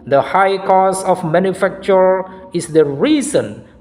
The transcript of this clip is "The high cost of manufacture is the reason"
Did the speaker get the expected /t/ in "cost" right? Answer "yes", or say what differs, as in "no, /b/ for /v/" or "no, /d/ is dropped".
no, /t/ is dropped